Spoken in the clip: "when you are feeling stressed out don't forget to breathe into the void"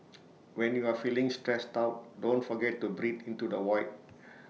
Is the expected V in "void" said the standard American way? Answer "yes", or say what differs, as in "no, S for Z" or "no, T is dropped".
no, W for V